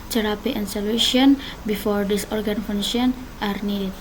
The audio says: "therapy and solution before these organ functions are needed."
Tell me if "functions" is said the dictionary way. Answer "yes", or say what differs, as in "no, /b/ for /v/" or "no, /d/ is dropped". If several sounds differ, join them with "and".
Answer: no, /k/ is dropped and /z/ is dropped